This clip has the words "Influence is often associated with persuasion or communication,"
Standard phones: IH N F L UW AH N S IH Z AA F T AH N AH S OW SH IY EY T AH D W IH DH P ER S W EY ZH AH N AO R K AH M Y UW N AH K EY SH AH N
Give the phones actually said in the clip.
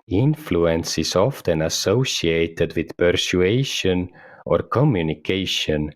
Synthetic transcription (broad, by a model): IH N F L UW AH N S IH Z AA F T AH N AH S OW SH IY EY T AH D W IH DH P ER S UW EY SH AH N AO R K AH M Y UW N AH K EY SH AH N